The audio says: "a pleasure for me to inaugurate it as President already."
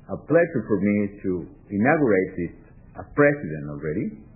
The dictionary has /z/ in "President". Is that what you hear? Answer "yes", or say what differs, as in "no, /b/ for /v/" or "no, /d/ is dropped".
no, /s/ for /z/